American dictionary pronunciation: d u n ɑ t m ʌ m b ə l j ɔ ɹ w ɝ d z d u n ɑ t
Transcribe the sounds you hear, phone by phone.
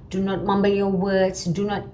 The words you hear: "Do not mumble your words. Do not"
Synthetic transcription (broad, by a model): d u n ɑ t m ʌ m b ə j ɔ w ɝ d s d u n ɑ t